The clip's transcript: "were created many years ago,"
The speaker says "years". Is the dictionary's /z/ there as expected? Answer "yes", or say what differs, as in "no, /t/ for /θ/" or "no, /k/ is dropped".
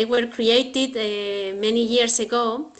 no, /s/ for /z/